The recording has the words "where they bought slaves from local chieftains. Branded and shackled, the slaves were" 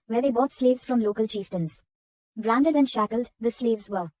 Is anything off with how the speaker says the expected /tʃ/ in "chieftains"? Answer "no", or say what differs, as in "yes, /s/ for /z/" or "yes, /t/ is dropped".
no